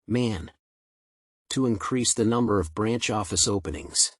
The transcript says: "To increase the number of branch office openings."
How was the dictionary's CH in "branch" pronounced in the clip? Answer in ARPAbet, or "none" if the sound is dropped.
CH